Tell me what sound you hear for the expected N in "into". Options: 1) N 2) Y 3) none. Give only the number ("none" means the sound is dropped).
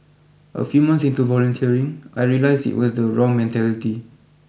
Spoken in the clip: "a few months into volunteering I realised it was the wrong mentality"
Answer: 1